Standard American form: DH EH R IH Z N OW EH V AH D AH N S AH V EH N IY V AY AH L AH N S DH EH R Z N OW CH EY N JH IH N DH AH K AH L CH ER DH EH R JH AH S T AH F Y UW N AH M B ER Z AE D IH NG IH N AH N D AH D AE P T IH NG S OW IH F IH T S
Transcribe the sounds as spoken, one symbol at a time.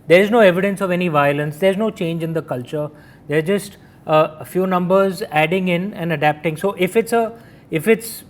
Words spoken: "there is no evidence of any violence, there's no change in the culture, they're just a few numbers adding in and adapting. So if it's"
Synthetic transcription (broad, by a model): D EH R IH Z N OW EH V AH D AH N S AH V EH N IY V AY AH L AH N S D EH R Z N OW CH EY N JH IH N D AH K AH L CH ER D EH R JH AH S T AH F Y UW N AH M B ER Z AE D IH NG IH N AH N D AH D AE P T IH NG S OW IH F IH T S